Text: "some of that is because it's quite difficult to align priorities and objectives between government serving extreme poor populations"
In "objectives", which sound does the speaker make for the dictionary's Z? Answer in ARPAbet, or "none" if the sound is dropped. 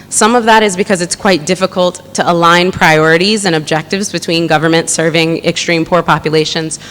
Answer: Z